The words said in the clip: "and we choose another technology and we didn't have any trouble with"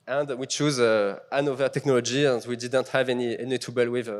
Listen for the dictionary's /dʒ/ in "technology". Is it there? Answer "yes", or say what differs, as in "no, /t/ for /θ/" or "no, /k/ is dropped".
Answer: yes